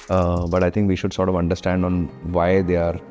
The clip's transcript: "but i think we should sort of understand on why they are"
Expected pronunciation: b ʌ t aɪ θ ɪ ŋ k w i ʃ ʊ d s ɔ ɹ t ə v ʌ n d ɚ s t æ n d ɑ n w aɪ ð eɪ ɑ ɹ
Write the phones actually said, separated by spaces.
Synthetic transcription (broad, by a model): b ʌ t aɪ t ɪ ŋ k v i ʃ ʊ d s ɔ ɹ t ə v ʌ n d ɚ s t æ n d ɑ n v aɪ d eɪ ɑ ɹ